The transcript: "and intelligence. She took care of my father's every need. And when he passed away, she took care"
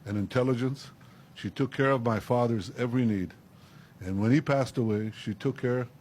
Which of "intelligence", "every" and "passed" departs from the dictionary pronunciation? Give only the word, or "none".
none